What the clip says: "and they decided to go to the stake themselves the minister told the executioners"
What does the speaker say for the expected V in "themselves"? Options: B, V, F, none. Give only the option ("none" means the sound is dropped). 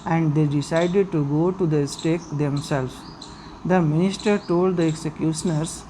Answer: none